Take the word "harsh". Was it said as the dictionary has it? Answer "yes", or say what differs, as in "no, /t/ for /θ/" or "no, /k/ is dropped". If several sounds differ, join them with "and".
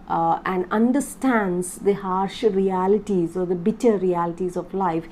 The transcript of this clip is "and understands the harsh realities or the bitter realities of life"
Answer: yes